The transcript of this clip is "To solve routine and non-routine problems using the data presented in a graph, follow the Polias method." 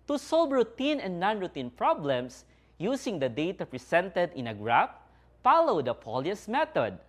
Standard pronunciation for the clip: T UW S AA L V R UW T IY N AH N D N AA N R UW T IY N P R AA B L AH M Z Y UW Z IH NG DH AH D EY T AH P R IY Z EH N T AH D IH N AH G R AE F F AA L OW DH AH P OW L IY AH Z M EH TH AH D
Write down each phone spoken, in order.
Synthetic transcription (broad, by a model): T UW S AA L B R UW T IY N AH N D N AA N R UW T IY N P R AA B L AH M S Y UW S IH NG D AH D EY T AH P R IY S EH N T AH D IH N AH G R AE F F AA L OW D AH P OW L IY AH S M EH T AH D